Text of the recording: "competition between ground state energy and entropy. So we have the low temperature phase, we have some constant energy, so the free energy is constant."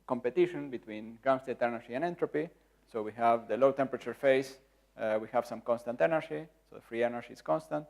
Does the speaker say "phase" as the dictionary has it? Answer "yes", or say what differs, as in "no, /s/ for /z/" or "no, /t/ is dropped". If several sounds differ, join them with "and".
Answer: no, /s/ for /z/